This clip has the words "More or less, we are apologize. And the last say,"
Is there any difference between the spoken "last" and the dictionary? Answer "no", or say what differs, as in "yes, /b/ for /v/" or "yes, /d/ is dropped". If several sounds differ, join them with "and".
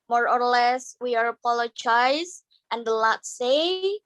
yes, /s/ is dropped